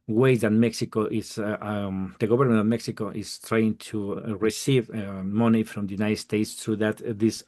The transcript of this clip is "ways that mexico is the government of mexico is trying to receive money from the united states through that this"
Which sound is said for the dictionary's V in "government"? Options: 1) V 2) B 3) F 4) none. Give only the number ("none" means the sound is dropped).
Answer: 2